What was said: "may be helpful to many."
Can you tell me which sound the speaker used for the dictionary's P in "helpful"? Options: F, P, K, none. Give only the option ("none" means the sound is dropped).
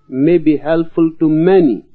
none